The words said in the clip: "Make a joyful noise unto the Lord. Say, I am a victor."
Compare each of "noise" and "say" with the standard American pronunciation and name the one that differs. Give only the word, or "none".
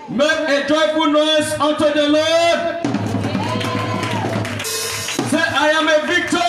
noise